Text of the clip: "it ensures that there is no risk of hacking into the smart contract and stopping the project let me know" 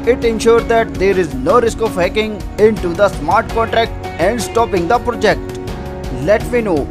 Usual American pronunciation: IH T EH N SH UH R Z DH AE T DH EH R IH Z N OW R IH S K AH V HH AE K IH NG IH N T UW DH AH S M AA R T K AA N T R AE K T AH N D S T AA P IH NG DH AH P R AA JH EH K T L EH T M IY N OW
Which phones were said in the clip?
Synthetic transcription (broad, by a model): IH T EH N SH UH R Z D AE T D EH R IH Z N OW R IH S K AH V HH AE K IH NG IH N T UW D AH S M AA R T K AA N T R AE K T AH N D S T AA P IH NG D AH P R AA JH EH K T L EH T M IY N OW